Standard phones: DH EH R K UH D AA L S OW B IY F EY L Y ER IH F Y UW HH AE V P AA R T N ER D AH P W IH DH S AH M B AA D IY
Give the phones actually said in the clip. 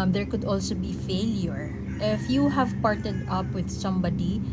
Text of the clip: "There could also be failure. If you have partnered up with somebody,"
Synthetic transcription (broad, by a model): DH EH R K UH D AA L S OW B IY F EY L Y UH IH F Y UW HH AE V P AA R T ER D AH P W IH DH S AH M B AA D IY